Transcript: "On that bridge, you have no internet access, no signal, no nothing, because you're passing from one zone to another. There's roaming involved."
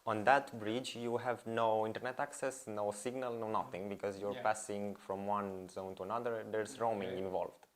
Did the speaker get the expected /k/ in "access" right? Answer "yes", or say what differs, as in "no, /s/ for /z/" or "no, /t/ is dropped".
yes